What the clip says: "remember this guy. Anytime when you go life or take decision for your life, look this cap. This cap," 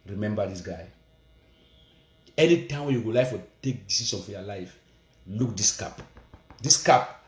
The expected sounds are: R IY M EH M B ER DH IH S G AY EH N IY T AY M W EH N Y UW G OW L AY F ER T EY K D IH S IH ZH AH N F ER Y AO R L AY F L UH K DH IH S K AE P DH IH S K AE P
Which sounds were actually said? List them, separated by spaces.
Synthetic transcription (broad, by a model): R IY M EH M B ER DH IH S G AY EH N IY T AY M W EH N Y UW G OW L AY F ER T EY K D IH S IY S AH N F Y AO L AY F L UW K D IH S K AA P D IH S K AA P